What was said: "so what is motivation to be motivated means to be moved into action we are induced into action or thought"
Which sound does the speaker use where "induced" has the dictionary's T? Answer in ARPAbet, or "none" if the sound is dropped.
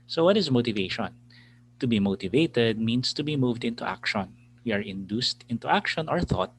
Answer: T